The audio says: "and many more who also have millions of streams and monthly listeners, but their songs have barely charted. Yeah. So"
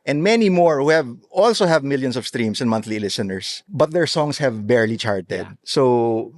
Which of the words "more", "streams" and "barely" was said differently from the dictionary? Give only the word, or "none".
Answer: streams